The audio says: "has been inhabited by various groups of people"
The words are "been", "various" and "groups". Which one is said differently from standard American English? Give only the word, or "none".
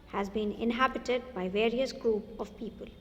groups